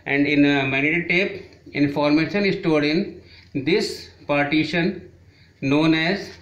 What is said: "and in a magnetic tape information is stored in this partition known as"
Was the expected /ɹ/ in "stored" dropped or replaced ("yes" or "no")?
yes